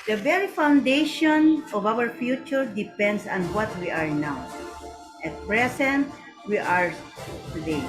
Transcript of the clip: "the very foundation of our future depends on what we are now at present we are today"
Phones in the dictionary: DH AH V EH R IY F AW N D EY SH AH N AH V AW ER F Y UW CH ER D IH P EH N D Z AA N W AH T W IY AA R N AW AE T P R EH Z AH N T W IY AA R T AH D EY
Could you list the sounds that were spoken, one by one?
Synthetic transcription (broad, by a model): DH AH V EH R IY F AW N D EY SH AH N AH V AW ER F Y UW CH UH D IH P EH N D S AA N W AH T W IY AA R N AW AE T P R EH S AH N T W IY AA R T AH D EY